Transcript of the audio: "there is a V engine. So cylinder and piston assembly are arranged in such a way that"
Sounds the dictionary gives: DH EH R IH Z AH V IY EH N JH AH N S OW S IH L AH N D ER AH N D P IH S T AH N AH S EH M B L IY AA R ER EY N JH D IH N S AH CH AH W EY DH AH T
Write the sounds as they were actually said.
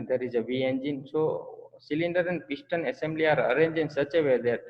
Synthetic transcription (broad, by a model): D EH R IH Z AH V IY EH N JH AH N S OW S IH L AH N D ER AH N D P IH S T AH N AH S EH M B L IY AA R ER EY N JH IH N S AH CH AH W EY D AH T